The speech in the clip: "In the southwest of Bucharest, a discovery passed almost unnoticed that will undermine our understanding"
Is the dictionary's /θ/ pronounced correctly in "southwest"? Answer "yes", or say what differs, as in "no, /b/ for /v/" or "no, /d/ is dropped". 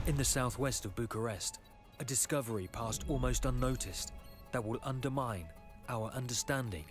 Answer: yes